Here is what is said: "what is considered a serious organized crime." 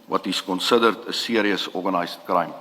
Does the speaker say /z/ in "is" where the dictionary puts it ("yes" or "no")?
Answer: no